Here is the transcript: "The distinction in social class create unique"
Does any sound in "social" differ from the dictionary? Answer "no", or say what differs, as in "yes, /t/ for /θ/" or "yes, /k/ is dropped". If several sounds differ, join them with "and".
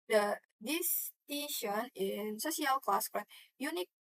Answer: yes, /s/ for /ʃ/